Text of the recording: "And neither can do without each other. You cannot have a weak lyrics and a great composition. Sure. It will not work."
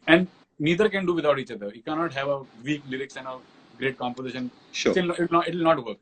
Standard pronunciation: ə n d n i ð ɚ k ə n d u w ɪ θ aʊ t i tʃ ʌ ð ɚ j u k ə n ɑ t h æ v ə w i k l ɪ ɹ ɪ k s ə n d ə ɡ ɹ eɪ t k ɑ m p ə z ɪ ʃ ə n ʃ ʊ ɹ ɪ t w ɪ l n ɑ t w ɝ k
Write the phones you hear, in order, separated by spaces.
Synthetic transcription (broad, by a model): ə n d n i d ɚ k ə n d u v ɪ t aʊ t i tʃ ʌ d ɚ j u k ə n ɑ t h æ v ə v i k l ɪ ɹ ɪ k s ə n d ə ɡ ɹ eɪ t k ɑ m p ə z ɪ ʃ ə n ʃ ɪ l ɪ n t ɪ l n ɑ t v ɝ k